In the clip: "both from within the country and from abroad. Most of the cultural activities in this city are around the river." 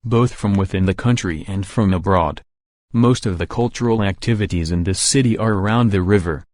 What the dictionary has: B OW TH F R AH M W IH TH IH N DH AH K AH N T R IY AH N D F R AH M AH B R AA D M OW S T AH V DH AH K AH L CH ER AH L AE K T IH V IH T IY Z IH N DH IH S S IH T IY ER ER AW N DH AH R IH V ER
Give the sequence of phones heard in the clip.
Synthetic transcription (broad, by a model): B OW TH F R AH M W IH TH IH N DH AH K AH N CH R IY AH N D F R AH M AH B R AA D M OW S T AH V DH AH K AH L CH ER L AE K T IH V IH T IY Z IH N DH IH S S IH T IY ER ER AW N DH AH R IH V ER